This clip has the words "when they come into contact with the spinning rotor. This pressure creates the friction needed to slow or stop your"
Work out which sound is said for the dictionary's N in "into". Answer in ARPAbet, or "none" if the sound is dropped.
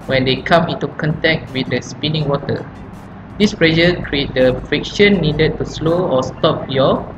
N